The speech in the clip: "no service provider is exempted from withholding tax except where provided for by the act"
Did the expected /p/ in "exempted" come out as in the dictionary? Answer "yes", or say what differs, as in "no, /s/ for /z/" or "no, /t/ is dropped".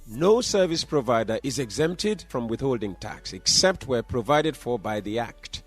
yes